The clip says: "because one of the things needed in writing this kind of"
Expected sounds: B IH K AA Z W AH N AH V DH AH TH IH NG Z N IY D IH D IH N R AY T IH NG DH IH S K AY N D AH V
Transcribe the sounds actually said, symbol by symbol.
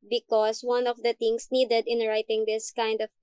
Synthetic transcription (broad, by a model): B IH K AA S W AH N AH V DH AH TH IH NG S N IY D IH D IH N R AY T IH NG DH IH S K AY N D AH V